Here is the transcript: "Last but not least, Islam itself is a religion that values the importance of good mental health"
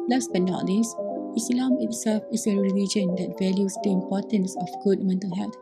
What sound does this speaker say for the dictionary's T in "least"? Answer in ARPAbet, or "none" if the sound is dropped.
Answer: none